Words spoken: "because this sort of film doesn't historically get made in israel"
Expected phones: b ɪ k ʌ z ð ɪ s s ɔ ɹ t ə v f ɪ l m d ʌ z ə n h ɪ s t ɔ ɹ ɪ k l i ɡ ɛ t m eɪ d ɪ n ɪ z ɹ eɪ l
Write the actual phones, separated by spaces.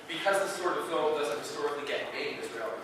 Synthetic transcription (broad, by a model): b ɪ k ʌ z ð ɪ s s ɔ ɹ t ə v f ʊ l d ʌ z ə n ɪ s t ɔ ɹ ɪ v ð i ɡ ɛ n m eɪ ɪ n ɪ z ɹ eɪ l